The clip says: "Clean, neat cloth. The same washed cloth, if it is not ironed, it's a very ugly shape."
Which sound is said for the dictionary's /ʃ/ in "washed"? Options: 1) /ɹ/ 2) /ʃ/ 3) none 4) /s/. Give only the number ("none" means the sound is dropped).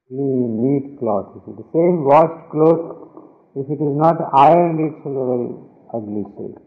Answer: 3